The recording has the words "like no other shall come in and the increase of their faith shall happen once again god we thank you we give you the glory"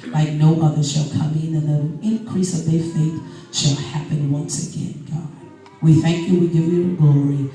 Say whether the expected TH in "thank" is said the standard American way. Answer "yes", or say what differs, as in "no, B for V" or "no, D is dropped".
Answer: yes